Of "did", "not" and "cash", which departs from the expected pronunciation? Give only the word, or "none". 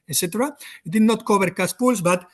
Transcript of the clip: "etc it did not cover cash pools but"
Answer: cash